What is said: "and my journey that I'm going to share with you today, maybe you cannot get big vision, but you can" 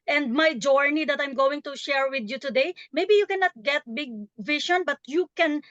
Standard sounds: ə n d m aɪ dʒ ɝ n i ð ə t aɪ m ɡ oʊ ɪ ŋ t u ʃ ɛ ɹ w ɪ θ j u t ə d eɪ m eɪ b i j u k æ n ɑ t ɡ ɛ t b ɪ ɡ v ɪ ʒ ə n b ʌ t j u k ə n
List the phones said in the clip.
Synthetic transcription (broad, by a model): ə n d m aɪ dʒ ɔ n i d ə t aɪ m ɡ oʊ ɪ ŋ t u ʃ ɛ ɹ w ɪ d j u t ə d eɪ m eɪ b i j u k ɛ n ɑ t ɡ ɛ t b ɪ ɡ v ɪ ʃ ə n b ʌ t j u k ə n